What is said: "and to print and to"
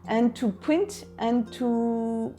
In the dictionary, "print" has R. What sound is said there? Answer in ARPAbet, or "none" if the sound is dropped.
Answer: none